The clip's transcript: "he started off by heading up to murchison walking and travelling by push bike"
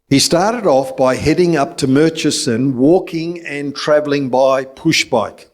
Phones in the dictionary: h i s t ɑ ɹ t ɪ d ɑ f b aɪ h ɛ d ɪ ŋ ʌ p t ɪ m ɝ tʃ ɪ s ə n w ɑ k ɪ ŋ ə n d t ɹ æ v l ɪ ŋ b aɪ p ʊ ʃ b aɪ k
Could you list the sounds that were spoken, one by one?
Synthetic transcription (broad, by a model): h i s t ɑ ɹ t ɪ d ɑ f b aɪ h ɛ d ɪ ŋ ʌ p t ɪ m ɝ tʃ ɪ s ə n w ɑ k ɪ ŋ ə n t ɹ æ v l ɪ ŋ b aɪ p ʊ ʃ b aɪ k